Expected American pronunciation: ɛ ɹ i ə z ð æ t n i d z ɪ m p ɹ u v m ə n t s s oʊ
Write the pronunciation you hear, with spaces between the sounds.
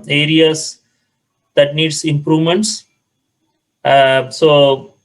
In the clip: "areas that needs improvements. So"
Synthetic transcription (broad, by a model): ɛ ɹ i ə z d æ t n i d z ɪ m p ɹ u v m ə n t s s oʊ